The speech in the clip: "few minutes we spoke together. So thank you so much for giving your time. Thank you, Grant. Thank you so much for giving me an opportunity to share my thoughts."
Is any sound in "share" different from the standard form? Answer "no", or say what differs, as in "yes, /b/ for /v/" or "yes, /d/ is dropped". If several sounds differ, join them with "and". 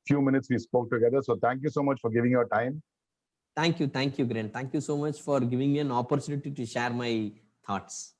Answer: no